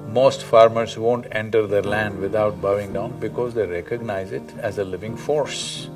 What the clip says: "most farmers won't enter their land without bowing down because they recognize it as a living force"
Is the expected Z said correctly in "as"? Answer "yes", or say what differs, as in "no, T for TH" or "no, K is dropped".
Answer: yes